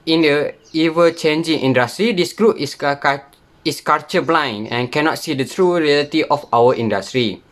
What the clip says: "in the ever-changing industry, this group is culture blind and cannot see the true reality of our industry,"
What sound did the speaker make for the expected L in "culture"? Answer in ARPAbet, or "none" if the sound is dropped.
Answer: none